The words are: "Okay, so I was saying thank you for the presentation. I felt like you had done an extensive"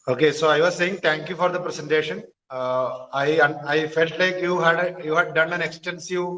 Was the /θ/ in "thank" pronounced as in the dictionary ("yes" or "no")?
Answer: no